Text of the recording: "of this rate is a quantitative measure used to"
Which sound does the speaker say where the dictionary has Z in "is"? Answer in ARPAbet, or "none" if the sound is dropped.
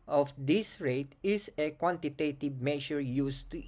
S